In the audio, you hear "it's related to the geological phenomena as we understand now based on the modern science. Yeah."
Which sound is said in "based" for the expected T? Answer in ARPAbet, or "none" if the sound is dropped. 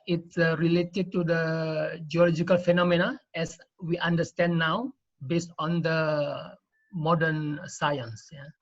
T